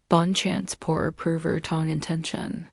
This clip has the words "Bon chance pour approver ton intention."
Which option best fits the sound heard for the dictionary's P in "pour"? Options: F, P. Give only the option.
P